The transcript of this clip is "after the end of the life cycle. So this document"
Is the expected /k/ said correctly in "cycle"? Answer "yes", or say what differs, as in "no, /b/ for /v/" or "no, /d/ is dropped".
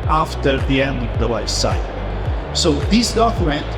no, /k/ is dropped